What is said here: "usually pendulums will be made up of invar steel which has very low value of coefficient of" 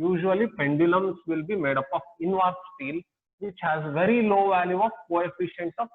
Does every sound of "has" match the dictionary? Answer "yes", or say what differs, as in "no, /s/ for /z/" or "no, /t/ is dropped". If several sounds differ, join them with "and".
yes